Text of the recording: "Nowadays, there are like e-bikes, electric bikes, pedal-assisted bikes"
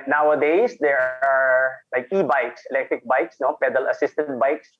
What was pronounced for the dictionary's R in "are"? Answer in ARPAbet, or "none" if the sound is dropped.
R